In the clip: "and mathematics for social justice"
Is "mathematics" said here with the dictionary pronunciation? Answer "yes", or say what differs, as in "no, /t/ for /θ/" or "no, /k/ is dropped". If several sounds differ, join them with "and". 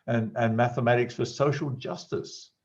yes